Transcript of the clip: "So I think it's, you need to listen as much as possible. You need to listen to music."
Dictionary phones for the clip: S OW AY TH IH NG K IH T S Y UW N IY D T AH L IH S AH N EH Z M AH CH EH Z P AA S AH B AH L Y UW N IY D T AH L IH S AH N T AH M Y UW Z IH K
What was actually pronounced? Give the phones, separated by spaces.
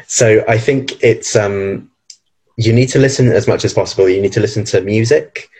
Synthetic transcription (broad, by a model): S OW AY TH IH NG K IH T S Y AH N IY D T AH L IH S AH N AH Z M AH CH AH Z P AA S AH B AH L Y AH N IY D T AH L IH S AH N T AH M Y UW Z IH K